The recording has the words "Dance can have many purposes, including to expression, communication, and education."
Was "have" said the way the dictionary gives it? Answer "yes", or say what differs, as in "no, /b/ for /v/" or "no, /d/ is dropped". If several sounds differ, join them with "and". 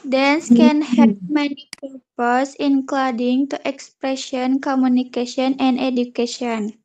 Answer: no, /p/ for /v/